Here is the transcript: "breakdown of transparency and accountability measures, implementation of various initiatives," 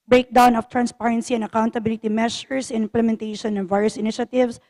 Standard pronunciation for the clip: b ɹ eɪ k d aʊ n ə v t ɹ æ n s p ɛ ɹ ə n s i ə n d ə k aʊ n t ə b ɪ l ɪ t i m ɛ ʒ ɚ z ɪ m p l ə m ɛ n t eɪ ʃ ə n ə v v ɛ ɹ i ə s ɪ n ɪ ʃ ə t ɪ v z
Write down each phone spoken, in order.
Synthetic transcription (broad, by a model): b ɹ eɪ k d aʊ n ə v t ɹ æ n s p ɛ ɹ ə n s i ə n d ə k aʊ n t ə b ɪ l ɪ t i m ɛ ʃ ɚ s ɪ m p l ə m ɛ n t eɪ ʃ ə n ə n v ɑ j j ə s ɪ n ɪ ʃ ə t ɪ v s